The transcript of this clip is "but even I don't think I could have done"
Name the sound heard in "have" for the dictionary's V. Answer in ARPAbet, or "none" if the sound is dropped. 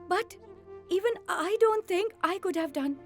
V